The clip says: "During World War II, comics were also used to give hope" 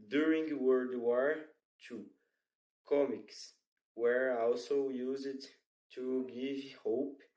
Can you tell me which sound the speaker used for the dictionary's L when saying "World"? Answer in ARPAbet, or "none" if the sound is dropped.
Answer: none